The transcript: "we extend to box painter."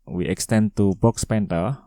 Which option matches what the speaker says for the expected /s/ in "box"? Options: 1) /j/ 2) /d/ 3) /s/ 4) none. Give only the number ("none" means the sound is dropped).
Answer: 3